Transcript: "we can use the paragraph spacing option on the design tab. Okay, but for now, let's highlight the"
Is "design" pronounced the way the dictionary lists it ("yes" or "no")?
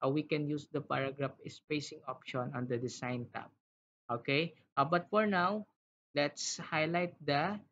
no